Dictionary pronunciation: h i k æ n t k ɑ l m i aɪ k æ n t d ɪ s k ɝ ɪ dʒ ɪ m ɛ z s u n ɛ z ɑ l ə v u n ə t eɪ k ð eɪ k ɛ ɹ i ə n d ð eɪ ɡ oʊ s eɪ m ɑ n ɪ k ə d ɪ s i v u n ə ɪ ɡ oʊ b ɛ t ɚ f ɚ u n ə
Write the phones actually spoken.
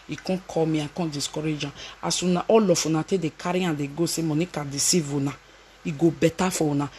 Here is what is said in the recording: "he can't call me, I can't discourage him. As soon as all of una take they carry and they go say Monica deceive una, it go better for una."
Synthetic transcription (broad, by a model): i k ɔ k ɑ m i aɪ k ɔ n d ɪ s k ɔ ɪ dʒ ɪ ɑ s u n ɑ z ɑ l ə f u n ə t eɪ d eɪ k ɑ ɹ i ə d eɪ ɡ oʊ s eɪ m ɑ n ɪ k ə d ɪ s i v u n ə ɪ ɡ oʊ b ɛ t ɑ f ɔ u n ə